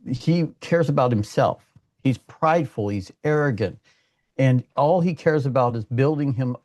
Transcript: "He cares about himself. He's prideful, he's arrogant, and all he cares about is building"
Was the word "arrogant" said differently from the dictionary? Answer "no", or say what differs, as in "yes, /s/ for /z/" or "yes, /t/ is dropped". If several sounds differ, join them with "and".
no